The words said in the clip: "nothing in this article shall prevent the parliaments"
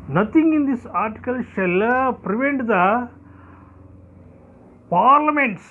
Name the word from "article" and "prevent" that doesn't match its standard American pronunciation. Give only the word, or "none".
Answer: none